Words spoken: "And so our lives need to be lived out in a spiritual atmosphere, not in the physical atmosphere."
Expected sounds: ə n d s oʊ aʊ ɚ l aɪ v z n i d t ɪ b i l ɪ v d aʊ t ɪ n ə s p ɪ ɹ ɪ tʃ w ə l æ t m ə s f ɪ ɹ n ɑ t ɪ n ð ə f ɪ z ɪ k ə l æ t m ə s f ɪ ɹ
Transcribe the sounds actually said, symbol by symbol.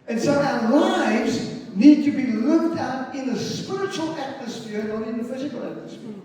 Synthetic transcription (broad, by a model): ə n s oʊ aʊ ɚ l aɪ v z n i d t ɪ b i l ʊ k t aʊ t ɪ n ə s p ɪ ɹ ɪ tʃ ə l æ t m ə s f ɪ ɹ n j ɪ n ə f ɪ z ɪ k l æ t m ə s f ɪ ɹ